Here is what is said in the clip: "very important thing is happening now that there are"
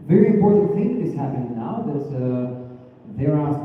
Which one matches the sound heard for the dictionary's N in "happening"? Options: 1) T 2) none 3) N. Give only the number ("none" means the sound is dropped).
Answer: 2